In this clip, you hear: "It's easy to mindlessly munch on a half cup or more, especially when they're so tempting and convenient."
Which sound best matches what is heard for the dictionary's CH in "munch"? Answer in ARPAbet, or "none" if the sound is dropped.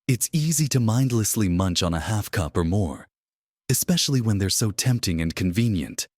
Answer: CH